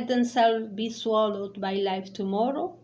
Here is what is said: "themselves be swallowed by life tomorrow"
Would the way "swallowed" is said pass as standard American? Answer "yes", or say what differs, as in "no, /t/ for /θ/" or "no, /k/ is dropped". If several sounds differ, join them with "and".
yes